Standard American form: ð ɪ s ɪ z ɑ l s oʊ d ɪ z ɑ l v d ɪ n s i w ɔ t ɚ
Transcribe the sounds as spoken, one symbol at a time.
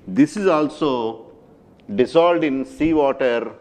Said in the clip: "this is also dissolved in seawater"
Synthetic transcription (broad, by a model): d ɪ s ɪ z ɑ l s oʊ d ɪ s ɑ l d ɪ n s i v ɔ t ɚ